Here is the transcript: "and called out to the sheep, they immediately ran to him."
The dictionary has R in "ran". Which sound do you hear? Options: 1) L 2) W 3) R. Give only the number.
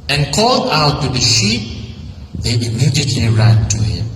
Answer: 3